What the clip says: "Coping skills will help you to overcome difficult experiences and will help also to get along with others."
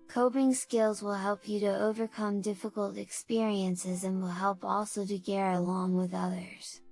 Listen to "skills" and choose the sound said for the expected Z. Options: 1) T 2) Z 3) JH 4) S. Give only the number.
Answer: 2